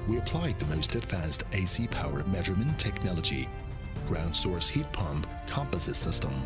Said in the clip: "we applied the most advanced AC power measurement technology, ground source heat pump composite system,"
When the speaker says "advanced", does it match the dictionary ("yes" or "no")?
yes